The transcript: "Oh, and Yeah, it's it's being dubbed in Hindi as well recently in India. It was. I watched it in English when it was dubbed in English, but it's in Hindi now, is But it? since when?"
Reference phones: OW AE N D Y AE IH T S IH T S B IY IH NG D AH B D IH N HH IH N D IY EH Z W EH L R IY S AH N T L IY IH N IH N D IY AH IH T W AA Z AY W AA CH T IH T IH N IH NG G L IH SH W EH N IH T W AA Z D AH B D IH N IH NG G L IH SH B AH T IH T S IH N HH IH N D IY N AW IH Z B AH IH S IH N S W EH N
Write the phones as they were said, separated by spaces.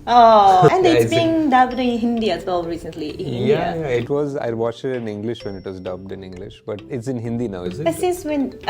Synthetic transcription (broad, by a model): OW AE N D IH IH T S B IY IH NG D AH B D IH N HH IH N D IY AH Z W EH L R IY S AH N T L IY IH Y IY IH T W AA Z AY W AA CH IH T IH N IH NG G L IH SH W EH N IH T W AA Z D AH B D IH N IH NG G L IH SH B AH T IH T S IH N HH IH N D IY N AW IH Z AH IH S IH N S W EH N